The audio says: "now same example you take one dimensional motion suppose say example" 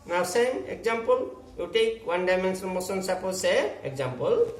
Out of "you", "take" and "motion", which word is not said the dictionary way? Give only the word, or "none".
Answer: motion